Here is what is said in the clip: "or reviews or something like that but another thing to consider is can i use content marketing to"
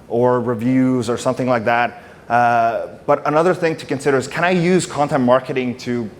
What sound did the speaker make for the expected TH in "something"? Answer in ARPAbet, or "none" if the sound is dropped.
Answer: TH